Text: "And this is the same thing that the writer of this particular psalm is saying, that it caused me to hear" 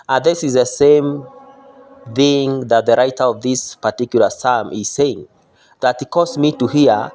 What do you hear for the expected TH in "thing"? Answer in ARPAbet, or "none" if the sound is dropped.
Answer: TH